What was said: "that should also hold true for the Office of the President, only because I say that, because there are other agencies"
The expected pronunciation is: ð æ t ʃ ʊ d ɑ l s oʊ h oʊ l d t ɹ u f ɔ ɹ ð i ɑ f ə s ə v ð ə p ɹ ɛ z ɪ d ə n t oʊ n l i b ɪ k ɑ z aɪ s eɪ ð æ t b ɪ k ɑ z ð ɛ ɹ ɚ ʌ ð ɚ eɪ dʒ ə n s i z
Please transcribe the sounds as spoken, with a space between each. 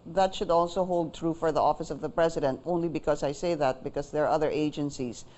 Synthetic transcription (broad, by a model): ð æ t ʃ ʊ d ɑ l s oʊ h oʊ l d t ɹ u f ɔ ɹ ð i ɑ f ə s ə v ð ə p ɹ ɛ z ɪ d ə n t oʊ n l i b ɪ k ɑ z aɪ s eɪ ð æ t b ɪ k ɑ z ð ɛ ɹ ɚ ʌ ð ɚ eɪ dʒ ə n s i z